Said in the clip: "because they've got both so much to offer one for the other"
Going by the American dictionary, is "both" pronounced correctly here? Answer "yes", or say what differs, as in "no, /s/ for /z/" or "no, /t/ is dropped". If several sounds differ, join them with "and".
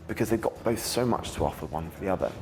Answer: yes